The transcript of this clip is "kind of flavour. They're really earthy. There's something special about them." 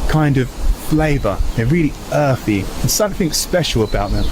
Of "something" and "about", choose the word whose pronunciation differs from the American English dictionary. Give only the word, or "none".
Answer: none